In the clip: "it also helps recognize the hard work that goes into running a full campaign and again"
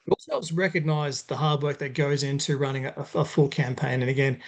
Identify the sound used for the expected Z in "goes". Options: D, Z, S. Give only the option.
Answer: Z